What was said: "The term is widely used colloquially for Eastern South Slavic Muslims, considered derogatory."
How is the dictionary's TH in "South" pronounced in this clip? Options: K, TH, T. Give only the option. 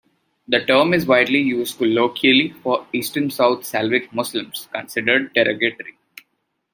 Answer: T